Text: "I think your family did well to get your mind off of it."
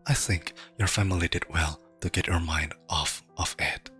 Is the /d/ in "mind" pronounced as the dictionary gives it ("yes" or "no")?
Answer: yes